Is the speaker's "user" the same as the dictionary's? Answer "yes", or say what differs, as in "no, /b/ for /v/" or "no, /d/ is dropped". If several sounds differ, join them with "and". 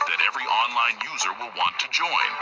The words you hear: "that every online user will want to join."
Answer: yes